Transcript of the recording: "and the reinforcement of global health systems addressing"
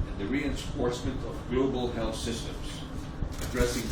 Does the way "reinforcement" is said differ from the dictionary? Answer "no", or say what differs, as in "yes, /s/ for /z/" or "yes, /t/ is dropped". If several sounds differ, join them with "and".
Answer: yes, /p/ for /f/